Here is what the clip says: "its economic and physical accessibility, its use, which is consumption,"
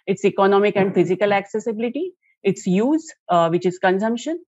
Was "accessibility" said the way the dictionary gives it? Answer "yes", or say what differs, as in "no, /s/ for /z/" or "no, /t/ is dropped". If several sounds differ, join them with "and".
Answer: yes